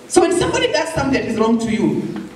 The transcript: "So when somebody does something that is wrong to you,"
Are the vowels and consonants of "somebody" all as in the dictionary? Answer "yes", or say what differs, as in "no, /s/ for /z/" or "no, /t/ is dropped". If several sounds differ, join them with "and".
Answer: yes